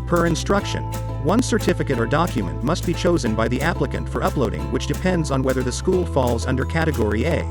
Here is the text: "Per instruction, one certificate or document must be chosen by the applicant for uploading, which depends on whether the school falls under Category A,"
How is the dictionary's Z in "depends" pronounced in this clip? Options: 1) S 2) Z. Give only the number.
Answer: 2